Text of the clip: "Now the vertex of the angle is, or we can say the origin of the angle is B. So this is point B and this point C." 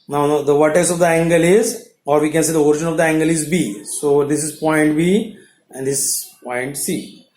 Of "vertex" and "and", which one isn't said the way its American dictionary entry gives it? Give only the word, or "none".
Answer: vertex